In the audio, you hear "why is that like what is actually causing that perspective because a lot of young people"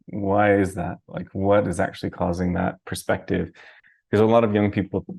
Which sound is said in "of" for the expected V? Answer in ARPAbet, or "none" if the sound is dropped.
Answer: V